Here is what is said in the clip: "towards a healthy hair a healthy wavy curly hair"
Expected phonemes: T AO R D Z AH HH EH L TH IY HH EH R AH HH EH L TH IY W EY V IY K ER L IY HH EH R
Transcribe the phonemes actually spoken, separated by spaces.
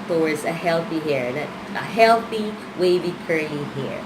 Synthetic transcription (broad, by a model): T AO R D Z AH HH EH L TH IY HH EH R AH HH EH L TH IY W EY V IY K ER IY HH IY R